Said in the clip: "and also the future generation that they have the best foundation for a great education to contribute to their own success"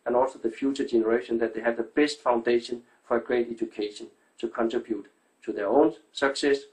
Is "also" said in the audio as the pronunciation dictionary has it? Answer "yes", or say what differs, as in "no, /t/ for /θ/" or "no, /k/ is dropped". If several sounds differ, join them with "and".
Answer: yes